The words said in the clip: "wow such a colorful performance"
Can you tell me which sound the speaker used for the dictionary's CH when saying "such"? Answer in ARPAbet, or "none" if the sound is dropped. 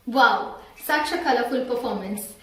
SH